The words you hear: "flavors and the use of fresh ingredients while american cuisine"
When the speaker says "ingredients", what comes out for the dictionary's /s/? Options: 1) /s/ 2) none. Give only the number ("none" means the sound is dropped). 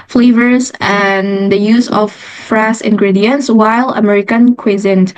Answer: 1